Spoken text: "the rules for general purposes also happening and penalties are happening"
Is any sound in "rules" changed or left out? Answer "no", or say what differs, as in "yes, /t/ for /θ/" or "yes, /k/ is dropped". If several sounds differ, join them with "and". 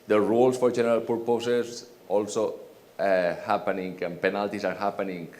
yes, /s/ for /z/